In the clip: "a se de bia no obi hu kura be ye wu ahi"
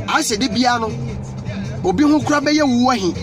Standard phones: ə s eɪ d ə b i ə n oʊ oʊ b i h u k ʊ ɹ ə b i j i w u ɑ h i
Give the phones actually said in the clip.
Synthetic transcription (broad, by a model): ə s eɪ d ə b i ə n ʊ oʊ b i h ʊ k ʊ ɹ ə b i j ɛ w u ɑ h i